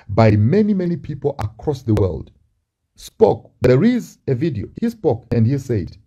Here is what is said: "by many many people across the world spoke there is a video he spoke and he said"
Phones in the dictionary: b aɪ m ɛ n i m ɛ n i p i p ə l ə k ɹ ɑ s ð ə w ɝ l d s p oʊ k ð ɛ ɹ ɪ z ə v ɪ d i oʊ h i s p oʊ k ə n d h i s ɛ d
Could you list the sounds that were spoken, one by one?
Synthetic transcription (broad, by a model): b aɪ m ɛ n i m ɛ n i p i p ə l ə k ɹ ɑ s ð ə w ɝ l d s p oʊ k ð ɛ ɹ ɪ z ə v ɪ d i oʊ h i s p oʊ k ə n d h i s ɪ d